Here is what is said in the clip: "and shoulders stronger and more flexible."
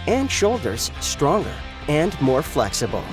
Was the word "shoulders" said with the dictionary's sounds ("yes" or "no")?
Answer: yes